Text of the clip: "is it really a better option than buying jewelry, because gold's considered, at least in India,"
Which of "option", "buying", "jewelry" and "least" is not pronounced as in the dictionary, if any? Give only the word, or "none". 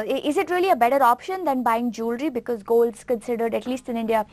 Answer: none